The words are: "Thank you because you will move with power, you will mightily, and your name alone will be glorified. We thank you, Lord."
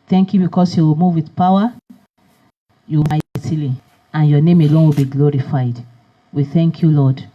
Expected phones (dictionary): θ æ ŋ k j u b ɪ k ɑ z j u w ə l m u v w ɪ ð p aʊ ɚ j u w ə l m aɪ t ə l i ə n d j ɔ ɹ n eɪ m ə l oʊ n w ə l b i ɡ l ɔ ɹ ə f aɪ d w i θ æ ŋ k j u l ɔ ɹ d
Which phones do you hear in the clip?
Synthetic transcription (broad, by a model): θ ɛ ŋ k j u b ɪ k ɑ s j u w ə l m u v w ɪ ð p aʊ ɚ j u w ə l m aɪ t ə l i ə n j ɔ n eɪ m ə l oʊ n w ə l b i ɡ l ɔ ɹ ə f aɪ d w i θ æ ŋ k j u l ɔ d